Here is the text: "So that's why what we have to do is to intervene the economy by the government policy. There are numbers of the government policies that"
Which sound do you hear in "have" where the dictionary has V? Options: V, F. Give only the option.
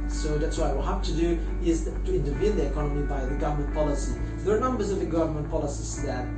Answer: F